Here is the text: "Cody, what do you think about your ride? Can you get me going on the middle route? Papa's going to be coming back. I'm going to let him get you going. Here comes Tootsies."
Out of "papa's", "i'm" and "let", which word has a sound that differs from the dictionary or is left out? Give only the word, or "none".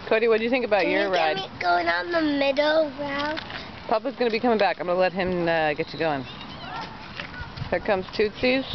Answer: none